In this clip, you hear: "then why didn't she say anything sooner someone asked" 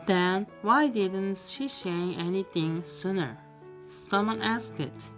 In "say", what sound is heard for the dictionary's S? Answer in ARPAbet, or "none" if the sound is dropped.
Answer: SH